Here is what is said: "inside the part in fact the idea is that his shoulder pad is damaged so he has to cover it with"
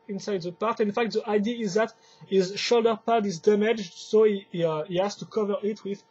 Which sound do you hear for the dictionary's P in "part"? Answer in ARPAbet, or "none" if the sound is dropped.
P